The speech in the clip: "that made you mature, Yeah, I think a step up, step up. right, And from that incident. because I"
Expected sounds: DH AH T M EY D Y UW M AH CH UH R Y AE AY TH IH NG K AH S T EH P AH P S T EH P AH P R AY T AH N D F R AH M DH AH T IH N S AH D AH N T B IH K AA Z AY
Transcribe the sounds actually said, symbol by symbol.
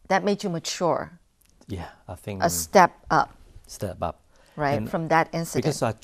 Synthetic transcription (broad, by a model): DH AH T M EY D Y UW M AH CH UH R Y AE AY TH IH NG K AH S T EH P AH P S T EH P AH P R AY AH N F R AH M DH AH T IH N S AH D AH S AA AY